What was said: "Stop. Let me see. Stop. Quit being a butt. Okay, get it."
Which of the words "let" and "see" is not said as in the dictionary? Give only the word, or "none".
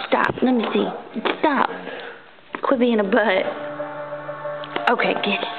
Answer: let